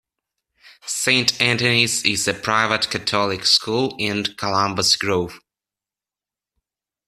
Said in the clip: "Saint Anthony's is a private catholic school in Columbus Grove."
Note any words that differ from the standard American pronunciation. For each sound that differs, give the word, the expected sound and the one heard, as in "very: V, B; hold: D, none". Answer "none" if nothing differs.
catholic: TH, T